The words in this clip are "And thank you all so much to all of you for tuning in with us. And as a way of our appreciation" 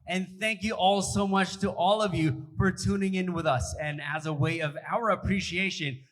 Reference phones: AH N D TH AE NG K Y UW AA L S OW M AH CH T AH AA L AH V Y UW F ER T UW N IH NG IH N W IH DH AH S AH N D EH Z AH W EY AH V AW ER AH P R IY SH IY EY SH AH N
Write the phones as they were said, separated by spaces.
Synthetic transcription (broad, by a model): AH N TH AE NG K Y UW AA L S OW M AH CH T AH AA L AH V Y UW F ER T UW N IH NG IH N W IH DH AH S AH N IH Z AH W EY AH V AW ER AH P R IY SH IY EY SH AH N